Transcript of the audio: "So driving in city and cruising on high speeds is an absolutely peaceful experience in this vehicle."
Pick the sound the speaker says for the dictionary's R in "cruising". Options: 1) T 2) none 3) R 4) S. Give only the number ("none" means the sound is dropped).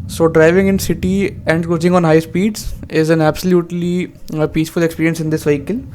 2